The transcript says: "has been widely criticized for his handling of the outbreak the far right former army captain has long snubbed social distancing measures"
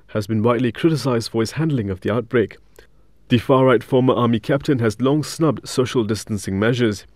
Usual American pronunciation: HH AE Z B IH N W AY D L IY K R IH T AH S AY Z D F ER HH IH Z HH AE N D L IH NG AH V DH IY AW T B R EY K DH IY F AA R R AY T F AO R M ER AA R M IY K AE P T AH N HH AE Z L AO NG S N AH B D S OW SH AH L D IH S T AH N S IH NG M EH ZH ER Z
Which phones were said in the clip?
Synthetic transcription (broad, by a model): HH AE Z B IH N W AY D L IY K R IH T AH S AY Z D F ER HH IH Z HH AE N D L IH NG AH V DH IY AW T B R EY K DH IY F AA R R AY T F AO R M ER AA M IY K AE P T AH N HH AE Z L AO NG S N AH B D S OW SH AH L D IH S T AH N S IH NG M EH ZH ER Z